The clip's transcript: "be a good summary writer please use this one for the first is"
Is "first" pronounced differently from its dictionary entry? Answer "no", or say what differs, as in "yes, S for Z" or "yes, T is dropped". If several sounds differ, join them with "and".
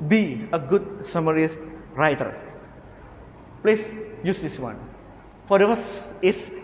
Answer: yes, T is dropped